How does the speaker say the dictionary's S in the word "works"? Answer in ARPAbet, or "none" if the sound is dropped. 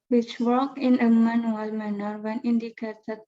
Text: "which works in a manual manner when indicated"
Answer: none